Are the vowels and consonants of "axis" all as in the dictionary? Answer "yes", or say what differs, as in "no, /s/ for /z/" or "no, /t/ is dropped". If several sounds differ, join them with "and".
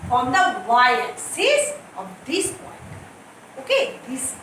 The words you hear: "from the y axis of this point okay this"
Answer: no, /k/ is dropped